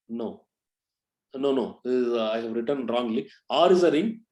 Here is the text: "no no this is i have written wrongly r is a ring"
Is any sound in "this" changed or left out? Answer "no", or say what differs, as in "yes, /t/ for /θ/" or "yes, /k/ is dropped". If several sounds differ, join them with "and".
yes, /s/ is dropped